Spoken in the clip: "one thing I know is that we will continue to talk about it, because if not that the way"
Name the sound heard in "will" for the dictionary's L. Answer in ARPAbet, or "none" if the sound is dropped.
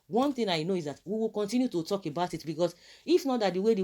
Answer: L